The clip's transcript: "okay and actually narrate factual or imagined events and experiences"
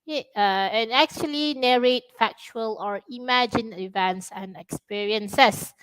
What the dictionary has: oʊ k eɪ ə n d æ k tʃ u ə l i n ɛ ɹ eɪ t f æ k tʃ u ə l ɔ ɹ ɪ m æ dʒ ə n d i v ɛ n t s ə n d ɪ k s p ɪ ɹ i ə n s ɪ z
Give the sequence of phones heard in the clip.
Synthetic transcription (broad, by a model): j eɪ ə n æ k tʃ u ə l i n ɛ ɹ eɪ t f æ k tʃ u ə l ɔ ɹ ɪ m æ dʒ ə n i v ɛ n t s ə n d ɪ k s p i ɹ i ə n s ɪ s